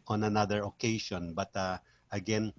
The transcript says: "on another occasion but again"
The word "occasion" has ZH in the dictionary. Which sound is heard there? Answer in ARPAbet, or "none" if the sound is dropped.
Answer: SH